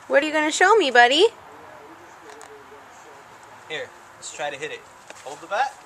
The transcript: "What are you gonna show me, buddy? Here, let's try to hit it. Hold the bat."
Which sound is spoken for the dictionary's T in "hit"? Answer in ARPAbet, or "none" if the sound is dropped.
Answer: T